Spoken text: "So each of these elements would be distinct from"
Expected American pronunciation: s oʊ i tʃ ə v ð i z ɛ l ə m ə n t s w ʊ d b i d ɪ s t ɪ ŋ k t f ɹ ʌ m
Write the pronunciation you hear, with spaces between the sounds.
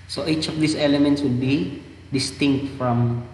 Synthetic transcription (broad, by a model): s oʊ i tʃ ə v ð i s ɛ l ə m ə n t s w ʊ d b i d ɪ s t ɪ ŋ k t f ɹ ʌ m